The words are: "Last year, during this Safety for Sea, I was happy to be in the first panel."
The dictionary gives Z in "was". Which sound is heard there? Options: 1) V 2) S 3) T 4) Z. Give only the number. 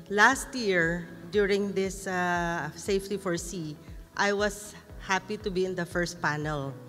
2